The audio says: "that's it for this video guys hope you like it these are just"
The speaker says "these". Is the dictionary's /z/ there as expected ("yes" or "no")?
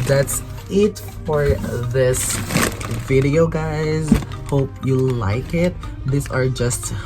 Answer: no